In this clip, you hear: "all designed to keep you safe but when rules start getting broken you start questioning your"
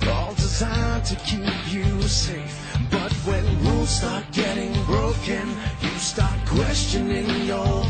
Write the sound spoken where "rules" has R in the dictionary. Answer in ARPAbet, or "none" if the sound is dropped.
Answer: W